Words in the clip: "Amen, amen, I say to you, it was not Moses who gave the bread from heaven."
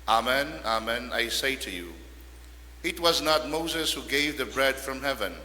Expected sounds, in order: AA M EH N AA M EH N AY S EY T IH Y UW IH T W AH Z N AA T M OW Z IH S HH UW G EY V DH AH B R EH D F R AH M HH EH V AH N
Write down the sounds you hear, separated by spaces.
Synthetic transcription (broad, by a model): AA M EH N AA M EH N AY S EY T IH Y UW IH T W AH Z N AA T M OW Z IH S HH UW G EY V DH AH B R EH D F R AH M HH EH V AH N